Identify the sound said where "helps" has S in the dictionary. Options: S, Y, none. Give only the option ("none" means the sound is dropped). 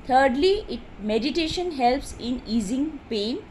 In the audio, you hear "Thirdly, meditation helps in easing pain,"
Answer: S